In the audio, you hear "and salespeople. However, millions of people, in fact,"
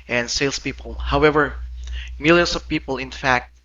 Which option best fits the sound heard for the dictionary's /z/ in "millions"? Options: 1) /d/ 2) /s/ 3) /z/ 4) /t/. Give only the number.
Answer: 2